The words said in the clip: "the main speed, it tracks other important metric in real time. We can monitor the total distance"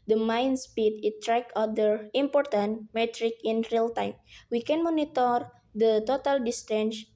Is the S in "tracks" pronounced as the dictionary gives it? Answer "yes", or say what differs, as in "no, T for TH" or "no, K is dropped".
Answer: no, S is dropped